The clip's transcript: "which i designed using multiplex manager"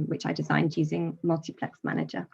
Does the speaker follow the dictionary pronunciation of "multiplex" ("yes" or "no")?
yes